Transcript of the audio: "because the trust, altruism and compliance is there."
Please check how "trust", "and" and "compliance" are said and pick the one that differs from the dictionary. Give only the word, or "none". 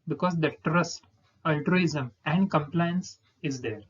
none